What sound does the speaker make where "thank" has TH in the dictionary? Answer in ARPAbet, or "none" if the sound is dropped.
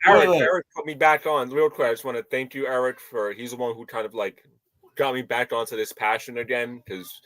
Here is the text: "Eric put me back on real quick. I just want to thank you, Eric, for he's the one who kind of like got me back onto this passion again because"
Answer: TH